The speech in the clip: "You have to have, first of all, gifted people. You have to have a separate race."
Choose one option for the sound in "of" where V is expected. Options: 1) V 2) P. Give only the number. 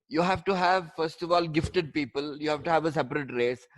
1